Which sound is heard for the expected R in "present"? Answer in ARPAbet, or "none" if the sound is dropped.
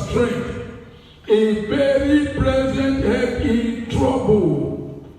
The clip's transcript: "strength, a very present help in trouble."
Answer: L